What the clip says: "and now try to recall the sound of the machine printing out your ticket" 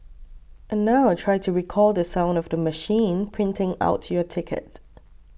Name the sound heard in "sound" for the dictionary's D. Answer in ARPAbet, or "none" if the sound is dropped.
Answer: D